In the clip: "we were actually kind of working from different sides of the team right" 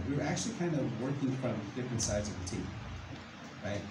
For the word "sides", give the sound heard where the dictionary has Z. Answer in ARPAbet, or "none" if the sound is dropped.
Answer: Z